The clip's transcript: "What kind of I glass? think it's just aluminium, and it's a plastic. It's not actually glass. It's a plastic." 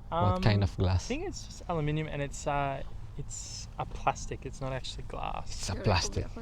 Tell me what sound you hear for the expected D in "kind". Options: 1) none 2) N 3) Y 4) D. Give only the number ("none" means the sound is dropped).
1